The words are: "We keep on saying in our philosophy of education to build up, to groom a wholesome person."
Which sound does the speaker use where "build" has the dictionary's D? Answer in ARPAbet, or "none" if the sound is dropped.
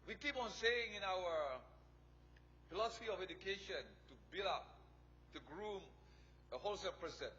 none